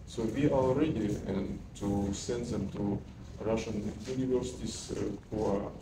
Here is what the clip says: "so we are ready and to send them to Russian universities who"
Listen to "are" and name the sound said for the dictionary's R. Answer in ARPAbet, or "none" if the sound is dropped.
L